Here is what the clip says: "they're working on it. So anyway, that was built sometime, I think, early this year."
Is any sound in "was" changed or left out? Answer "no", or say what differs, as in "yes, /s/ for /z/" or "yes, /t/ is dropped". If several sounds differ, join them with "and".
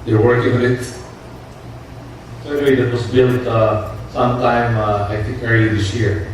yes, /s/ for /z/